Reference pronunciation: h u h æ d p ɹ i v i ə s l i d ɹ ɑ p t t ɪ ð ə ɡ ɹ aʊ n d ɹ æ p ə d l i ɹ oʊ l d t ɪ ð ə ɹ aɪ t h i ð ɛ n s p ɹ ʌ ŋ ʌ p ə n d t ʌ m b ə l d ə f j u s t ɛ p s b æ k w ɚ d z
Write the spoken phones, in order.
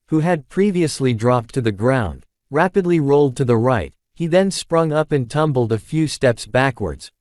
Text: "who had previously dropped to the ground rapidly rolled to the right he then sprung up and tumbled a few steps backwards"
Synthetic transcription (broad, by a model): h u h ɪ d p ɹ i v i ə s l i d ɹ ɑ p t t ɪ ð ə ɡ ɹ aʊ n d ɹ æ p ə d l i ɹ oʊ l d t ɪ ð ə ɹ aɪ t h i ð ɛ n s p ɹ ʌ ŋ ʌ p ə n t ʌ m b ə l d ə f j u s t ɛ p s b æ k w ɚ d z